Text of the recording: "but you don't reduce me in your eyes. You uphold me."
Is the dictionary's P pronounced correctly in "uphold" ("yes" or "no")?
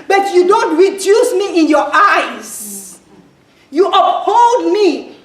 no